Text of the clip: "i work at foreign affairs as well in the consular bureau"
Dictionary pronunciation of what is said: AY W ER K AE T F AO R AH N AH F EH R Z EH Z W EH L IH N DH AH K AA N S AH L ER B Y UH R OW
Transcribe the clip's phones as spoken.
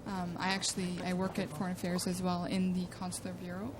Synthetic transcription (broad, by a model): AY W ER K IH T F AO R AH N AH F EH R Z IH Z W EH L IH N DH AH K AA N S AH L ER B Y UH R OW